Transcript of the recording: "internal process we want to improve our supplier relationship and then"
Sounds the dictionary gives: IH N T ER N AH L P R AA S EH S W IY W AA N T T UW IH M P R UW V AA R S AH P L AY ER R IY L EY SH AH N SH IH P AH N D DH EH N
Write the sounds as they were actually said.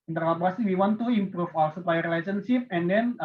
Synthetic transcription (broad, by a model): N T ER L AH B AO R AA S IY W IY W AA N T T UW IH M P R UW F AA L S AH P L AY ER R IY L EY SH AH N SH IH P AH N D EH N